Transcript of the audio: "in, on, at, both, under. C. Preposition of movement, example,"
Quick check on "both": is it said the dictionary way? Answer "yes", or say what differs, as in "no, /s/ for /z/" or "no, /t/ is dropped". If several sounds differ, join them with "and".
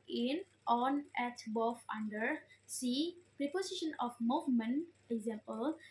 no, /f/ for /θ/